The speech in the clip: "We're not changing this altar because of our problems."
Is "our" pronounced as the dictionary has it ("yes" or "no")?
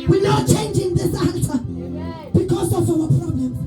no